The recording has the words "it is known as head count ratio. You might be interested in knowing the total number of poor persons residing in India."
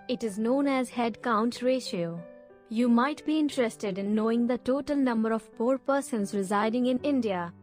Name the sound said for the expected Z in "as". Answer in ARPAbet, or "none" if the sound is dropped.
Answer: Z